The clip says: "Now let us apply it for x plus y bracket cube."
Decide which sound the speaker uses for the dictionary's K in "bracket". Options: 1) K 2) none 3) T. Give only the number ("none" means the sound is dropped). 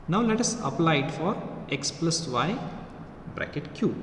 1